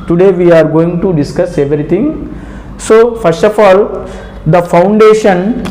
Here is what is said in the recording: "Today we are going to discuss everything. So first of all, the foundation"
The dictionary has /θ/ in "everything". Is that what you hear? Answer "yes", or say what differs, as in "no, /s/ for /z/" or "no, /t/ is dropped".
no, /t/ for /θ/